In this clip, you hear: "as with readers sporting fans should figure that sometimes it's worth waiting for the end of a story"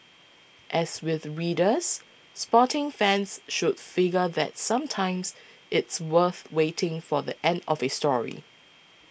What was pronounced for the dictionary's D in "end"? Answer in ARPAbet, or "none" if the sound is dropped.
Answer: D